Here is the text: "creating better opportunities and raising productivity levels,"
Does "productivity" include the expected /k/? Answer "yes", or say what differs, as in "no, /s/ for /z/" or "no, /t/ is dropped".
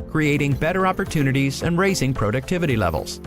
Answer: yes